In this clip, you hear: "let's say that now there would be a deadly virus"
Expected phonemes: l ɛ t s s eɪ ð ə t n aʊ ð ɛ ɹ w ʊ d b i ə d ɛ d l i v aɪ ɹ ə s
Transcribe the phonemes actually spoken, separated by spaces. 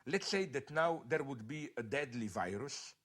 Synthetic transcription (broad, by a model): l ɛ t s s eɪ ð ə t n aʊ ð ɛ ɹ w ʊ d b i ə d ɛ d l i v aɪ ɹ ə s